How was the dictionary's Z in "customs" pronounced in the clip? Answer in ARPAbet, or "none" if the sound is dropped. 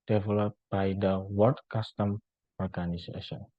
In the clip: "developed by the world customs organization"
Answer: none